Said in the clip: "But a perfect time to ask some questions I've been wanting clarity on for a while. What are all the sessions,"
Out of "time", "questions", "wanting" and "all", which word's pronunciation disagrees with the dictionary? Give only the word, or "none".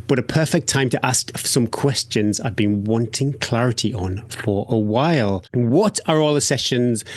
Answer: none